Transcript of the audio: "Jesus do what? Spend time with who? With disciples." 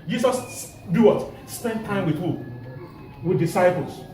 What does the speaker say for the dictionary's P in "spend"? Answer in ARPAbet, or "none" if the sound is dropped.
P